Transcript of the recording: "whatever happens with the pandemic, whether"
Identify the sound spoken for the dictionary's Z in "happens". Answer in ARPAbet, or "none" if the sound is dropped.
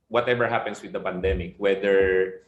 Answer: S